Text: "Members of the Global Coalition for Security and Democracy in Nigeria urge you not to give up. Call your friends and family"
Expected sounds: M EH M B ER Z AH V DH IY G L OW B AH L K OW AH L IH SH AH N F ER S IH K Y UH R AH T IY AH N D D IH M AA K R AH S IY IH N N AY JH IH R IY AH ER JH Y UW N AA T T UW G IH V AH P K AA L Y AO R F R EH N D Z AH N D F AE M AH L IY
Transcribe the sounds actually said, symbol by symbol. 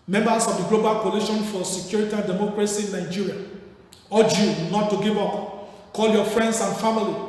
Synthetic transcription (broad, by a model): M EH M B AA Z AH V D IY G L OW B AH L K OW L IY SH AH N F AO S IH K Y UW R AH T IY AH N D D IH M AA K R AH S IY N N AY JH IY R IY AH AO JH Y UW N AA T T UW G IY V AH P K AA L Y AO F R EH N D S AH N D F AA M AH L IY